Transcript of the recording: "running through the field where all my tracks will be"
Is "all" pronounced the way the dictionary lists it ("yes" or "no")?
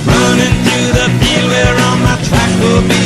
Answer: no